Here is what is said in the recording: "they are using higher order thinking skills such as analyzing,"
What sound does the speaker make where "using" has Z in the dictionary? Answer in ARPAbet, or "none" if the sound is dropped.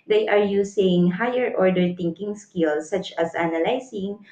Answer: S